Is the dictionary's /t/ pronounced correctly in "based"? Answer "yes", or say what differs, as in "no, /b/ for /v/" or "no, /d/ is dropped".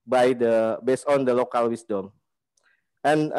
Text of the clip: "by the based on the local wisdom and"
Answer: no, /t/ is dropped